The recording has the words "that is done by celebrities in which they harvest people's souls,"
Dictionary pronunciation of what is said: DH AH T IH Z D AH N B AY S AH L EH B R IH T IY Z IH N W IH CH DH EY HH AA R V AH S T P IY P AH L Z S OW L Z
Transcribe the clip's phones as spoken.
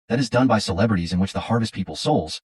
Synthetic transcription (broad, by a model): DH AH T IH Z D AH N B AY S AH L EH B R IH T IY Z IH N W IH CH DH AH HH AA R V AH S T P IY P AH L S OW L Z